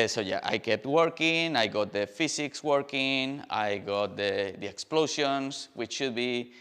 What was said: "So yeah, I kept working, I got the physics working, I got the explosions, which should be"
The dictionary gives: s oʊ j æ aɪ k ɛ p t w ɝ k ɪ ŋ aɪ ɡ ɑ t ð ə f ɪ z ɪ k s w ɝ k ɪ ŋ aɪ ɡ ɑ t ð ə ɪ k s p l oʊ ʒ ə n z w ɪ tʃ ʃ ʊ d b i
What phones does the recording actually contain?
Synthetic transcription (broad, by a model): s oʊ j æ aɪ k ɛ p t w ɝ k ɪ ŋ aɪ ɡ ɑ t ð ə f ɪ s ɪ k s w ɝ k ɪ ŋ aɪ ɡ ɑ t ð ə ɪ k s p l oʊ s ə n s w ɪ tʃ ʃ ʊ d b i